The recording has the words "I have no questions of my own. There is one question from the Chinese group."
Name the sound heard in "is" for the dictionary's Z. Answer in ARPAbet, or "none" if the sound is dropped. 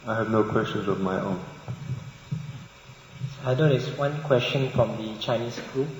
S